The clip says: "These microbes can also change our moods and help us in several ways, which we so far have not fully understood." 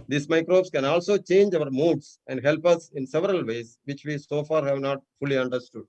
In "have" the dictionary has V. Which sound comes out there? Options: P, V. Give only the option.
V